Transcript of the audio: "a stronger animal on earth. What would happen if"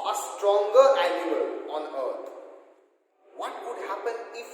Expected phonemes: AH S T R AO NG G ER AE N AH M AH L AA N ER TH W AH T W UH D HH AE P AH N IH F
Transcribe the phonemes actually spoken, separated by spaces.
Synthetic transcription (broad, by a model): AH S T R AO NG G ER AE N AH AH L AA N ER T W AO T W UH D HH AE P AH N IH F